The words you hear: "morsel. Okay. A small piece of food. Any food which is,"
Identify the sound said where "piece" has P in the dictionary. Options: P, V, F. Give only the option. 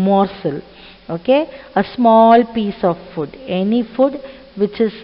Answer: P